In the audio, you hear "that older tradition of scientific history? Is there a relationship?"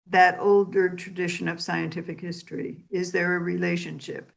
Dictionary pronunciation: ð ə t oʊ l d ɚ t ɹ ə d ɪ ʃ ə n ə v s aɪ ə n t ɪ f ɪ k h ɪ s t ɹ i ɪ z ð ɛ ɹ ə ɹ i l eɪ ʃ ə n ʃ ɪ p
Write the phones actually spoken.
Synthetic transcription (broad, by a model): ð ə t oʊ l d ɚ t ɹ ə d ɪ ʃ ə n ə v s aɪ ə n t ɪ f ɪ k h ɪ s t ɹ i ɪ z ð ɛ ɹ ə ɹ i l eɪ ʃ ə n ʃ ɪ p